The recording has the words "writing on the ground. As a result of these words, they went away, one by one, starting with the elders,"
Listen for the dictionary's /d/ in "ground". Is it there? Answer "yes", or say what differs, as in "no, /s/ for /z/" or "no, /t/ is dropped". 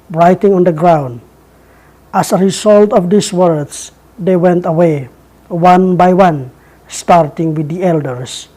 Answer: yes